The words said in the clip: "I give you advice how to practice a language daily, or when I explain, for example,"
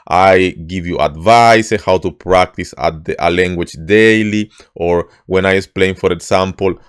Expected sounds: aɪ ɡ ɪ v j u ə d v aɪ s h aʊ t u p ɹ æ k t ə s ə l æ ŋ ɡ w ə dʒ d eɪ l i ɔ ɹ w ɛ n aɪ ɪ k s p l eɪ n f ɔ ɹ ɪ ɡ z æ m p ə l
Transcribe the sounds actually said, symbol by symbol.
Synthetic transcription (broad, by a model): aɪ ɡ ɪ v j u ə d v aɪ s h aʊ t u p ɹ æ k t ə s ə l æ ŋ ɡ w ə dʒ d eɪ l i ɔ ɹ w ɛ n aɪ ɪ s p l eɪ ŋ f ɔ ɹ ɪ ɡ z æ m p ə l